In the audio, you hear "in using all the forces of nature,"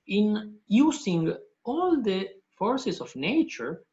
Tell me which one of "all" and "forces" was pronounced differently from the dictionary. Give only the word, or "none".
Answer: forces